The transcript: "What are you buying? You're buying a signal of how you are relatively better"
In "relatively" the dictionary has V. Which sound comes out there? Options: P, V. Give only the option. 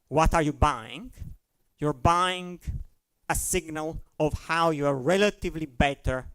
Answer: V